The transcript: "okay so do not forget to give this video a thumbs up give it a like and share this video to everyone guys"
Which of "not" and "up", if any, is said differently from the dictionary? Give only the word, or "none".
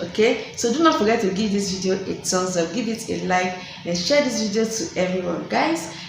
up